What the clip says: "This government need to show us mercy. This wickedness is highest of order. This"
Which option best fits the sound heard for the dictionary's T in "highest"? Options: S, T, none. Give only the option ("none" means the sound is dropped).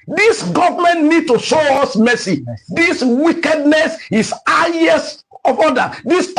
none